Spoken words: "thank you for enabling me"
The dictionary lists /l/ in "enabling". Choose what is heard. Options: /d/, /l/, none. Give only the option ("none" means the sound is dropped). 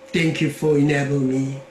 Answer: none